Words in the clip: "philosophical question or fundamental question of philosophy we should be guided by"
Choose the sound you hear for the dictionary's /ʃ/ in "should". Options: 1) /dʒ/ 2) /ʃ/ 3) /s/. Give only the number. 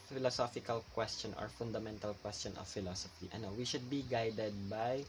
2